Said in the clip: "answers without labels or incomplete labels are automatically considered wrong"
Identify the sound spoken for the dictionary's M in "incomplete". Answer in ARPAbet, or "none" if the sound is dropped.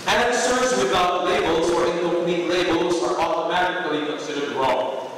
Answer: none